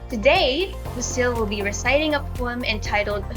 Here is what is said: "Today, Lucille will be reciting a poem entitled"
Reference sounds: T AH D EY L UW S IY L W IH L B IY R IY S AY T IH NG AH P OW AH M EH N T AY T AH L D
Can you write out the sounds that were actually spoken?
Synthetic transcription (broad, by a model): T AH D EY W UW S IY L W IH L B IY R IY S AY T IH NG AH P OW AH M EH N T AY T L D